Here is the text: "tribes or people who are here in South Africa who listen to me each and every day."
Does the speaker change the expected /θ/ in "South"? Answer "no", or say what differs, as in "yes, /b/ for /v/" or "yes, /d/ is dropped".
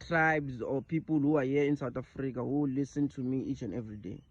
yes, /t/ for /θ/